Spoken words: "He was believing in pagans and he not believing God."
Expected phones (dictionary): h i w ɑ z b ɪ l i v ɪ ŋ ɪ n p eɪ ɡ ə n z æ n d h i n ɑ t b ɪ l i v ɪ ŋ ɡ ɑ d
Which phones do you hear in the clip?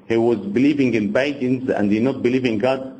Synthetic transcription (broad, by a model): h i w ɑ z b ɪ l i v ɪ ŋ ɪ n b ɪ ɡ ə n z æ n d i n ɑ t b ɪ l i v ɪ ŋ ɡ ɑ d